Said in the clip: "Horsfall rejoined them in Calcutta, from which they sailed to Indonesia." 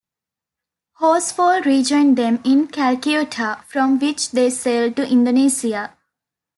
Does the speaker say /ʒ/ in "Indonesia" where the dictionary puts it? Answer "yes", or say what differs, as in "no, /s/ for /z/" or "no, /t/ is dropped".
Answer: no, /s/ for /ʒ/